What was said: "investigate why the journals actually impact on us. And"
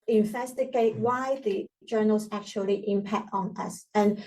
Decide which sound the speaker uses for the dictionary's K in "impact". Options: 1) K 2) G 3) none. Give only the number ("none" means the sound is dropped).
1